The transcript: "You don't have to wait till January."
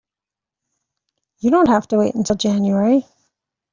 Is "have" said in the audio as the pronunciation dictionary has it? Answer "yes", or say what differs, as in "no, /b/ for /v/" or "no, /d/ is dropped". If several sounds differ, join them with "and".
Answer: no, /f/ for /v/